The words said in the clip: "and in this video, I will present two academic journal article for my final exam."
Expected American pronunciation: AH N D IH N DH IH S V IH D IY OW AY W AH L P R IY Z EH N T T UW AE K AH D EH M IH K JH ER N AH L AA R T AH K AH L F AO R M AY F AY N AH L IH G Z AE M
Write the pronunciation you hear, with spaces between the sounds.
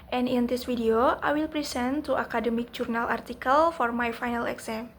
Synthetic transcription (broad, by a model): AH N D IH N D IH S F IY D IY OW AY W AH L P R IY S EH N T T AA K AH D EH M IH K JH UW N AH L AA R T AH K AH L F AO R M AY F AY N AH L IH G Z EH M